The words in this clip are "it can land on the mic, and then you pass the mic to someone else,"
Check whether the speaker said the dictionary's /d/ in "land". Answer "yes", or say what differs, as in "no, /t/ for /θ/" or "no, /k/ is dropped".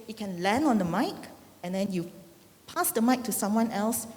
no, /d/ is dropped